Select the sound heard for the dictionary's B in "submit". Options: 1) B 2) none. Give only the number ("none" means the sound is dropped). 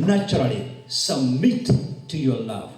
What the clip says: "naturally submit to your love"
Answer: 2